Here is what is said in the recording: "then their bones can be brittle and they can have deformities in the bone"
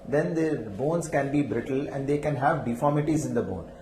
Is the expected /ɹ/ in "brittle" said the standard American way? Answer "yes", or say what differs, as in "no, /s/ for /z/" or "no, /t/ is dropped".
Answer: yes